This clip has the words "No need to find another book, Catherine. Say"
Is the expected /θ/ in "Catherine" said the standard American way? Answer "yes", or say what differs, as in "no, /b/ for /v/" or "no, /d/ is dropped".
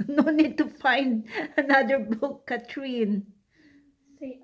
no, /t/ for /θ/